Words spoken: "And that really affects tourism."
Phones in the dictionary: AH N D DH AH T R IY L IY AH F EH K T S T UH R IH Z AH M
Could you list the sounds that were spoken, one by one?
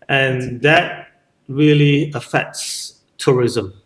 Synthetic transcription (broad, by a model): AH N DH AH T R IY L IY AH F EH K T S T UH R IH Z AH M